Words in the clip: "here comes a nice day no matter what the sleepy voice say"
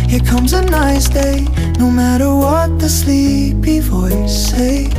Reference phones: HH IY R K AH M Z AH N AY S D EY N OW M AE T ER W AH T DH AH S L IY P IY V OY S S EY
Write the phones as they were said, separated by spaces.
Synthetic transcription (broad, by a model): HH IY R K AH M Z AH N AY S D EY N OW M AE T ER W AH T DH AH S L IY P IY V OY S S EY